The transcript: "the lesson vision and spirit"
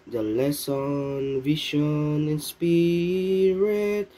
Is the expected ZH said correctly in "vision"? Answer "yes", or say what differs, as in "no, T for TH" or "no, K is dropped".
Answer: no, SH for ZH